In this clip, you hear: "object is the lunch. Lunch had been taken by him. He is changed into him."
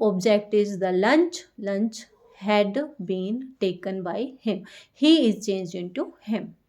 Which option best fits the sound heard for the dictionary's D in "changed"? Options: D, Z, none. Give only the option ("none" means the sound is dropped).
none